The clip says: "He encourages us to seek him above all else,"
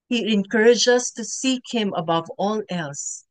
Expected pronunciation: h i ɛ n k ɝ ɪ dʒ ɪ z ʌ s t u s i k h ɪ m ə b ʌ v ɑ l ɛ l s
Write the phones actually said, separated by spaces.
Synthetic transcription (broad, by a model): h i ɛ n k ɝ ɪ dʒ ʌ s t u s i k h ɪ m ə b ʌ v ɑ l ɛ l s